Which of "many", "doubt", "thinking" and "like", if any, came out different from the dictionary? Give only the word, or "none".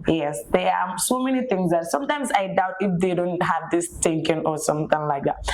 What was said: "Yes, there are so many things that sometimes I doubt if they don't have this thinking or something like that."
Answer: thinking